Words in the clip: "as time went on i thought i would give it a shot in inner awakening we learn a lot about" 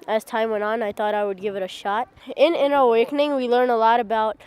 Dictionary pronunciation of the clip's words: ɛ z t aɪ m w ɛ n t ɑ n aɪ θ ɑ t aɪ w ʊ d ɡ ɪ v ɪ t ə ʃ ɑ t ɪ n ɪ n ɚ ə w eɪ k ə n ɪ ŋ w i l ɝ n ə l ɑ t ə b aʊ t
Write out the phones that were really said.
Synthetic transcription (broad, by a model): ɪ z t aɪ m w ɛ n t n aɪ θ ɑ t aɪ w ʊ d ɡ ɪ v ɪ t ə ʃ ɑ t ɪ n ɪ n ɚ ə w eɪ k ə n ɪ ŋ w i l ɝ n ə l ɑ t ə b aʊ t